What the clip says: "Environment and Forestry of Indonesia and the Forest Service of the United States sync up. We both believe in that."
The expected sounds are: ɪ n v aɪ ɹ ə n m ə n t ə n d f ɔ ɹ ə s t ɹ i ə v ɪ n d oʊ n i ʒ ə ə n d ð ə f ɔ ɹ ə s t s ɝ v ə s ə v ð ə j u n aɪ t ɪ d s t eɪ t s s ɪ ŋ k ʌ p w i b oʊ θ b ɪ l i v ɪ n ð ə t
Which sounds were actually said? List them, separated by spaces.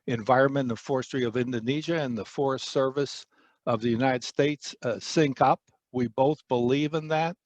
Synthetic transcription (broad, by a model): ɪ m v aɪ ɹ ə n m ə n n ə f ɔ ɹ s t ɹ i ə v ɪ n d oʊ n i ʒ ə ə n ð ə f ɔ ɹ ə s t s ɝ v ə s ə v ð ə j u n aɪ t ɪ d s t eɪ t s s ɪ ŋ k ʌ p w i b oʊ θ b ɪ l i v ɪ n ð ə t